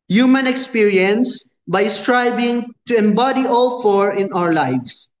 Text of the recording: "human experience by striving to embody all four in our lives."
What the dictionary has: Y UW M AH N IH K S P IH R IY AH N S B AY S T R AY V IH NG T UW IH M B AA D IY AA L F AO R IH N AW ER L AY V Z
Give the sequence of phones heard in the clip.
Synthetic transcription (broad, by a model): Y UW M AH N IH K S P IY R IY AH N S B AY S T R AY B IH NG T UW IH M B AA D IY AA L F AO R IH N AW ER L AY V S